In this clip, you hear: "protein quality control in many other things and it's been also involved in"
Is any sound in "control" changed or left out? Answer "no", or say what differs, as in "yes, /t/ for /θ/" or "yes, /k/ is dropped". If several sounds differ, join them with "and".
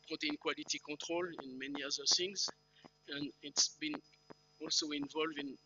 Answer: yes, /n/ is dropped